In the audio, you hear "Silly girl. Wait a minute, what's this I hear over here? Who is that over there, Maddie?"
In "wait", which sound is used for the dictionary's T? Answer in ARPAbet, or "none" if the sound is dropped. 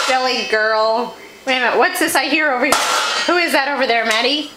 none